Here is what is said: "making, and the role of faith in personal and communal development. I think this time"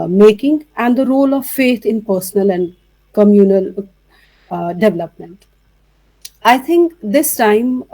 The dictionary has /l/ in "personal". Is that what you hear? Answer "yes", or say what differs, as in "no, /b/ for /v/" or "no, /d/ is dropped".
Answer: yes